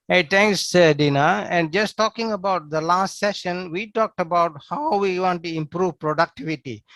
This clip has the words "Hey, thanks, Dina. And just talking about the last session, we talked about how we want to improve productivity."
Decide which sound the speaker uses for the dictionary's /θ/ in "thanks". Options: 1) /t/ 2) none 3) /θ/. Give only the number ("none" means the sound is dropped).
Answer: 1